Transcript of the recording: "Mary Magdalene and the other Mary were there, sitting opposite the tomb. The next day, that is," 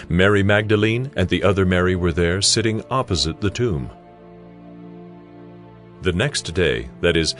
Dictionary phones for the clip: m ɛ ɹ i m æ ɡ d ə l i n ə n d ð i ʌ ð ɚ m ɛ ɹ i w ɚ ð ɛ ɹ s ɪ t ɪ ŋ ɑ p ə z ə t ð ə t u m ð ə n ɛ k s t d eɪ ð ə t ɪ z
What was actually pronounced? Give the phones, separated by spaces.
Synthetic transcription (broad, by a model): m ɛ ɹ i m æ ɡ d ə l i n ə n ð i ʌ ð ɚ m ɛ ɹ i w ɚ ð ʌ ɹ s ɪ t ɪ ŋ ɑ p ə z ə t ð ə t u m ð ə n ɛ k s t d eɪ ð ə t ɪ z